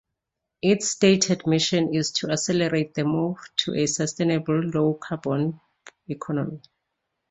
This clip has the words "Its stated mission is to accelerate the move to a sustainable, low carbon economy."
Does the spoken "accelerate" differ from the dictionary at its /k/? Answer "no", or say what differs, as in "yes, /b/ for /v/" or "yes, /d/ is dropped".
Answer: yes, /k/ is dropped